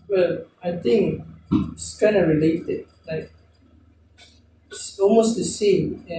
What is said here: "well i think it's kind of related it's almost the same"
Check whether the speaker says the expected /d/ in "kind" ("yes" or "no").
no